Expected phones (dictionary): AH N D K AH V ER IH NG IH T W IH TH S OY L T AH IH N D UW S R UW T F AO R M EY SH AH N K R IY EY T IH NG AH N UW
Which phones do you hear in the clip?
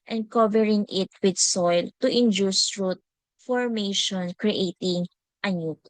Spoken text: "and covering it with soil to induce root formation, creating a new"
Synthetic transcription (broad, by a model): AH N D K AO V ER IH NG IH T W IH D S OY L T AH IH N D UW S R UW T F AO R M EY SH AH N K R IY EY T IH NG AH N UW